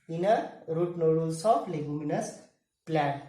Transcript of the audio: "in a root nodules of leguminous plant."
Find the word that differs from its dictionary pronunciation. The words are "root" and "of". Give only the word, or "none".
of